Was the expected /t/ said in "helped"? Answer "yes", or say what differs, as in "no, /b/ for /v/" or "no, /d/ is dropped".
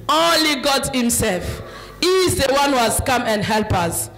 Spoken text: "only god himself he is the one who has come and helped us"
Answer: no, /t/ is dropped